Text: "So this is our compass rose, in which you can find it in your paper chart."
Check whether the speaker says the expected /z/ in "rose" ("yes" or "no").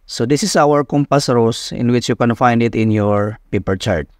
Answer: no